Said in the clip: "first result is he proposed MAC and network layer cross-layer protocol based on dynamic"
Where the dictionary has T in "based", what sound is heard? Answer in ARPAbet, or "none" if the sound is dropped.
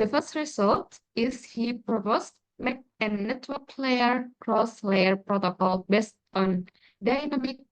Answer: T